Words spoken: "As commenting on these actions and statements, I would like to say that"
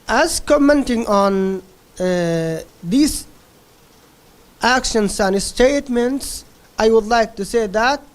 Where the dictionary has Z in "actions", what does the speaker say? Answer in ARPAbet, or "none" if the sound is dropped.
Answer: S